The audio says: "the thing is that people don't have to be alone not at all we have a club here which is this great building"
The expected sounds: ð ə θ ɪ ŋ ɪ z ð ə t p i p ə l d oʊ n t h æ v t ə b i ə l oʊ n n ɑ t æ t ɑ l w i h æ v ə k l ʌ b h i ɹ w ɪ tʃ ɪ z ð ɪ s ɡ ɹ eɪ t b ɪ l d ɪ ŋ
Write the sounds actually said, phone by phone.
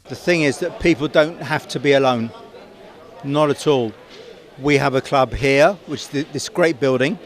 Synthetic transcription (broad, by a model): ð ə θ ɪ ŋ ɪ z ð ə t p i p ə l d oʊ n t h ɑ f t ə b i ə l oʊ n n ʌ t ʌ t ɑ l w i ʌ v ə k l ʌ b h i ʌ w ɪ tʃ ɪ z ð ɪ s ɡ ɹ eɪ t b ɪ l d ɪ ŋ